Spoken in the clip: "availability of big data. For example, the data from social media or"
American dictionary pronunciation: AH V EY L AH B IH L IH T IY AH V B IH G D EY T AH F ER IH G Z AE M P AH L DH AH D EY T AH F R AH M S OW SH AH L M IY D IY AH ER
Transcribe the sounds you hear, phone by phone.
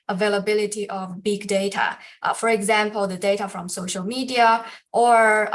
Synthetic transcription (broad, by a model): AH V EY L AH B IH L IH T IY AH V B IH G D EY T AH F ER IH G Z AE M P AH L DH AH D EY T AH F R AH M S OW SH AH L M IY D IY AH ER